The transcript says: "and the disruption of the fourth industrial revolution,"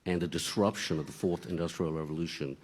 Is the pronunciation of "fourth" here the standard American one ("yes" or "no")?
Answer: yes